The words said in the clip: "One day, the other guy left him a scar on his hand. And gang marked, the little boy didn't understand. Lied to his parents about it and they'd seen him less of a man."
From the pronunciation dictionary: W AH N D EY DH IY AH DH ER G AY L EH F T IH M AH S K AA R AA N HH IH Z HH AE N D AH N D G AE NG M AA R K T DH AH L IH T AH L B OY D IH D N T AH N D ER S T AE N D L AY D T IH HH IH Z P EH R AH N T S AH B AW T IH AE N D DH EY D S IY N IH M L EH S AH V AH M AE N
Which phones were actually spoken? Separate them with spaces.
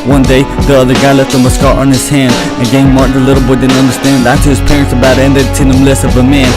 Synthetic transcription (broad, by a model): W AH N D EY DH IY AH DH ER G AY L EH F T IH M AH S K AA R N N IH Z HH AE N D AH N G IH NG M AA R T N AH L IH T L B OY D IH D N T AH N D ER S T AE N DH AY T IH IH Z P EH R AH N T S AH B AW T IH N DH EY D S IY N IH M L EH S AH V AH M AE N